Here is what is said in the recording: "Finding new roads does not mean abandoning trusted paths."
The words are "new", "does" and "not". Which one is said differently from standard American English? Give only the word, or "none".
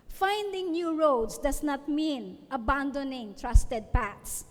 does